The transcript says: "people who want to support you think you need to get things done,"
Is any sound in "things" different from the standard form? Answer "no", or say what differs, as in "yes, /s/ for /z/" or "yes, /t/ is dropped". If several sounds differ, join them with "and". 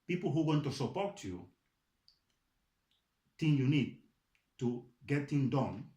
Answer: yes, /z/ is dropped